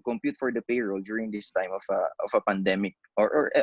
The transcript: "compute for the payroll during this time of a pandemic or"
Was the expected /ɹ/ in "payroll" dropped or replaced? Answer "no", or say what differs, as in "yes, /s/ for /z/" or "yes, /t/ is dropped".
no